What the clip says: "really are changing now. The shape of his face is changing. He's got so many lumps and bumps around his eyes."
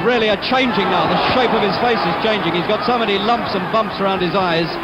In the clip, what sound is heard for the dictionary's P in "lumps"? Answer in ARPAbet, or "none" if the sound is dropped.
P